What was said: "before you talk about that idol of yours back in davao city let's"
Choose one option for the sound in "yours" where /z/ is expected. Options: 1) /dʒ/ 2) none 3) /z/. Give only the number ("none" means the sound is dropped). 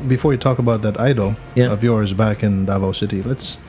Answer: 3